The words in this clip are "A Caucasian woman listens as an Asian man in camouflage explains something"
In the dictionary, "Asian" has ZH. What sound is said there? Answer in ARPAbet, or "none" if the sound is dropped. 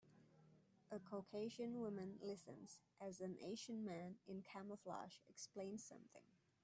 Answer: SH